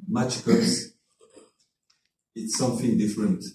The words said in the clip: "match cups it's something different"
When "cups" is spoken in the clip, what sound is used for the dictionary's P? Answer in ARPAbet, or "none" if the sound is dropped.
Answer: none